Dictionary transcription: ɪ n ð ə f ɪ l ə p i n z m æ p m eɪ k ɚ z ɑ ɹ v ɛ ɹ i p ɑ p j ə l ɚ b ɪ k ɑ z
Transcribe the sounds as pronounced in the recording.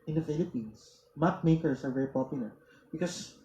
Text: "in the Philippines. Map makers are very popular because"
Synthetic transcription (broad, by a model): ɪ n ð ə f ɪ l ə p i n s m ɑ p m eɪ k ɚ s ɑ ɹ v ɛ ɹ i p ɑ p j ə l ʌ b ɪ k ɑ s